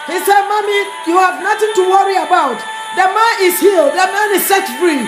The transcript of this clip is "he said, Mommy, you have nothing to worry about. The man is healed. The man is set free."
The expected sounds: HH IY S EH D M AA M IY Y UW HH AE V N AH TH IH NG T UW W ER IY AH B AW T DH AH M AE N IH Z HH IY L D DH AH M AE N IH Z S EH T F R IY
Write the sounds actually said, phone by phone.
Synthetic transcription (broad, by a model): HH IY S EH D M AA M IY Y UW HH AE V N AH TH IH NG T UW W ER IY AH B AW T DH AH M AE N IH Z HH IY L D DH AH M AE N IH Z S EH T F R IY